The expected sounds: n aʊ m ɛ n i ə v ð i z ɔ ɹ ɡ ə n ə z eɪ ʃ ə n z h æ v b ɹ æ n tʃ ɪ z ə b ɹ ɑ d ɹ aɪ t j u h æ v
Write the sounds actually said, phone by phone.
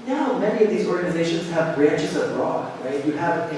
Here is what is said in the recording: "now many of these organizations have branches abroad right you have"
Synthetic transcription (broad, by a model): n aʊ m ɛ n i ə v ð i z ɔ ɹ ɡ ə n ə z eɪ ʃ ə n z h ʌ v b ɹ æ n tʃ ɪ z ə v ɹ ɑ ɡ ɹ aɪ t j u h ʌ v